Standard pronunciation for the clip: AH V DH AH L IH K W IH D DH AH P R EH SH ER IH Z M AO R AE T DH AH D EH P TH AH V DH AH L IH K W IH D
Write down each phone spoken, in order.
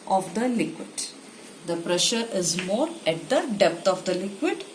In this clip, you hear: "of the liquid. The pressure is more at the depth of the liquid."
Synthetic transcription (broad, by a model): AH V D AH L IH K W IH D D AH P R EH SH ER IH Z M AO R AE T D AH D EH P T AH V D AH L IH K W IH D